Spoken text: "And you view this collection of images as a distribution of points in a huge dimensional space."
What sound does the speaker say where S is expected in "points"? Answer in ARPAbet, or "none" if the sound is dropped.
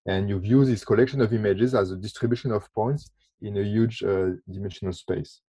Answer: S